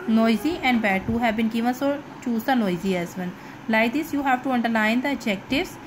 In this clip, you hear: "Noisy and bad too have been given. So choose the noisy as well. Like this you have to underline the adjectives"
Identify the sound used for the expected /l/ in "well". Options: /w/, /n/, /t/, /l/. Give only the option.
/n/